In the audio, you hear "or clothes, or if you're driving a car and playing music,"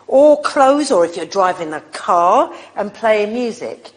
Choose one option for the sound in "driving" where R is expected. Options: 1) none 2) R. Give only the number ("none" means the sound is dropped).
2